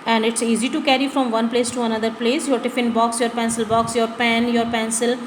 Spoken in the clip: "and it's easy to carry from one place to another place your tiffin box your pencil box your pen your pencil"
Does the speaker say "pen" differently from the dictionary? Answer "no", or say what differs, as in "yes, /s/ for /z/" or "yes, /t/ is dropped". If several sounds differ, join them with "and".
no